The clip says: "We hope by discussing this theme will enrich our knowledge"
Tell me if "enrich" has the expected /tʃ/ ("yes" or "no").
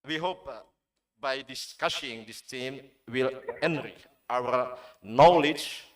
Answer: no